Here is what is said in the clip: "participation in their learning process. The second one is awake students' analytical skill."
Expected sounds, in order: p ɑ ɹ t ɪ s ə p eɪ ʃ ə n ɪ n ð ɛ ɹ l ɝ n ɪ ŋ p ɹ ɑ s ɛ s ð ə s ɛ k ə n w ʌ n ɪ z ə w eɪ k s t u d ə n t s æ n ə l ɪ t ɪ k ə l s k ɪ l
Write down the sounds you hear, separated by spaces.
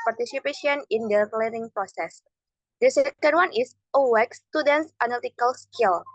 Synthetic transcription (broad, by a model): p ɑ ɹ t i s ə p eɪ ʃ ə n ɪ n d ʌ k l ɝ ɪ ŋ p ɹ ɑ s ɛ s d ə s ɛ k ə n w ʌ n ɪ s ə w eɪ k s t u d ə n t s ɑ n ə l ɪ t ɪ k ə l s k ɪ l